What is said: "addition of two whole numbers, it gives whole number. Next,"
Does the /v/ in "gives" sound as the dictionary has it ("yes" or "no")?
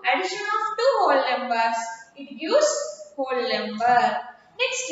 no